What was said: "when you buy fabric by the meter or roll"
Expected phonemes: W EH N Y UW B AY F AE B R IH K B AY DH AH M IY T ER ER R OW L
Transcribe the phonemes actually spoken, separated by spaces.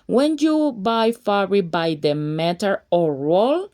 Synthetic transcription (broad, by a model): W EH N Y UW B AY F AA R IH B AY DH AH M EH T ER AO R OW L